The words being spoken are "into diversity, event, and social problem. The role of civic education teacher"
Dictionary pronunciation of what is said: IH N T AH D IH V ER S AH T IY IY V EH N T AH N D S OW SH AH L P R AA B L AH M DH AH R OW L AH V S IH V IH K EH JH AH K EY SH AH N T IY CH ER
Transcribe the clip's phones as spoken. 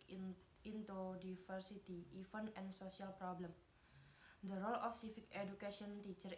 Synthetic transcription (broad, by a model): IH N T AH D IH F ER S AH T IY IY F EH N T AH N S OW S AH L P R AA B L AH M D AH R OW L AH F S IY F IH K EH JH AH K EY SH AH N T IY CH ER